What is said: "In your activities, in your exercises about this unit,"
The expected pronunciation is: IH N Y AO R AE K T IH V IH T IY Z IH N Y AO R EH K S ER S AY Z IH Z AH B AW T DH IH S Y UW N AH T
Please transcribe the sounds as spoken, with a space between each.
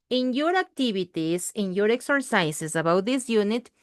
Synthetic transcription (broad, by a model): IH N Y AO R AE K T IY B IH T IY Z IH N Y AO R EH K S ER S AY S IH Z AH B AW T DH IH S Y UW N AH T